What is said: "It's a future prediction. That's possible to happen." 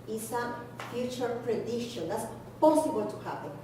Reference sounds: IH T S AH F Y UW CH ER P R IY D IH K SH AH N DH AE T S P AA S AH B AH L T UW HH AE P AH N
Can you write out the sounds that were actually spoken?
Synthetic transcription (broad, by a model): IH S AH F Y UW CH ER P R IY D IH SH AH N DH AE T S P AA S AH B AH L T UW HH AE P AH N